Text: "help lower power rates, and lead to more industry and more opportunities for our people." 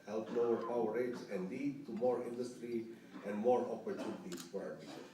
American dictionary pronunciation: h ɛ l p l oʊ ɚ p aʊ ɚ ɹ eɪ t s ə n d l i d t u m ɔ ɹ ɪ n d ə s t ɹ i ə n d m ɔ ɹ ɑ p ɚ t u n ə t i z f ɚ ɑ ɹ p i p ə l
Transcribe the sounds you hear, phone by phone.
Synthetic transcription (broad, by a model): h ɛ l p n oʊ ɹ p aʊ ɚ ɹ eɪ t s ə n d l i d t u m ɔ ɹ ɪ n d ə s t ɹ i ə n d m ɔ ɹ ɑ p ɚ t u n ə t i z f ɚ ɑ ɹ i